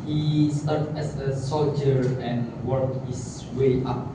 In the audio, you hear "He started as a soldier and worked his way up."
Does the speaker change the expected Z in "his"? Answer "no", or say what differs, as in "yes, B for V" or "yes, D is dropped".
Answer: yes, S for Z